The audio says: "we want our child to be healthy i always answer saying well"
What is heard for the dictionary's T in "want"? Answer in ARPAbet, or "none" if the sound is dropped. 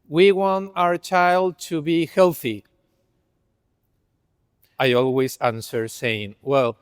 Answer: T